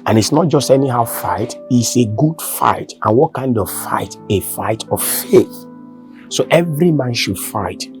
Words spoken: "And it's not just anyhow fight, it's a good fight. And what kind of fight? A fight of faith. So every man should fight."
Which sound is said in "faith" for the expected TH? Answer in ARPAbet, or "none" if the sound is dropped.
TH